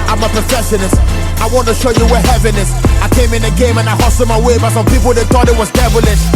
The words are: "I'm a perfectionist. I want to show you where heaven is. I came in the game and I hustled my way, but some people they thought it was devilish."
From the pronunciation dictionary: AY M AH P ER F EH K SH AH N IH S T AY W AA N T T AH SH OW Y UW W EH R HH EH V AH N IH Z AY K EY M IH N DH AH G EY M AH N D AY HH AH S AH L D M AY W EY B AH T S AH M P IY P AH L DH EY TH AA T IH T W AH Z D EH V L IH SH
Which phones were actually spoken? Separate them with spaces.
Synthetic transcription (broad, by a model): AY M AH P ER F EH SH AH N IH S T AY W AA N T T AH SH OW Y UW W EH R HH EH V AH N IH S AY K EY M IH N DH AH G EY M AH N AY HH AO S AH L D M AY W EY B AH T S AH M P IY P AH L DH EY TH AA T IH T W AH Z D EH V L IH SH